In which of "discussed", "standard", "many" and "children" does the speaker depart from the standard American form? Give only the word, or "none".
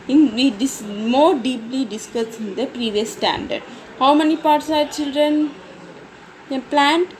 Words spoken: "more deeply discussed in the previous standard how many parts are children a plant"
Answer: discussed